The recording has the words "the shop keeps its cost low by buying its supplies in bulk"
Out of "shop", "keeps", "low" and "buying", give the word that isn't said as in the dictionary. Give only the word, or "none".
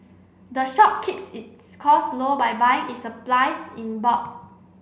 none